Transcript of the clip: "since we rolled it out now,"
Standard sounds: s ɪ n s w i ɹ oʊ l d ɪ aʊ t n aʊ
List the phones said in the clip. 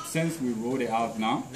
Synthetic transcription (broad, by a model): s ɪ n s w i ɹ oʊ d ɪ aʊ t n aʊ